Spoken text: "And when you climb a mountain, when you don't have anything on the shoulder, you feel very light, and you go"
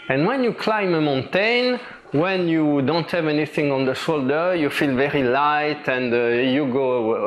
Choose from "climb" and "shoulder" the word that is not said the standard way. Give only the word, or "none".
none